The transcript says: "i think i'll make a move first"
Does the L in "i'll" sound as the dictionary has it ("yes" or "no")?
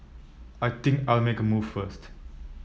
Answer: yes